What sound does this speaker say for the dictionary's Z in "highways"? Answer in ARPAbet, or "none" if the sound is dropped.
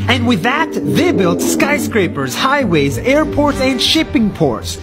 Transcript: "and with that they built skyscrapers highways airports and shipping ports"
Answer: Z